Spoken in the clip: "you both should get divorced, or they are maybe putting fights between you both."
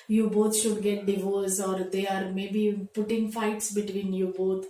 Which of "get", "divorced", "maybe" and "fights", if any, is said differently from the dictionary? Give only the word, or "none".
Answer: divorced